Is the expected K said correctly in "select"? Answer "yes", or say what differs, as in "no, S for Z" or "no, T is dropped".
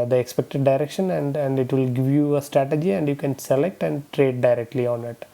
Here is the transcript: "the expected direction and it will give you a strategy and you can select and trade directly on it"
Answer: yes